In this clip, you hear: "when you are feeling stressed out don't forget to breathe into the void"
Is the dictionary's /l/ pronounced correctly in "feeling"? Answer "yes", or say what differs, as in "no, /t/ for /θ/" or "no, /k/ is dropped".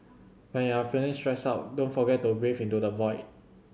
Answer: no, /n/ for /l/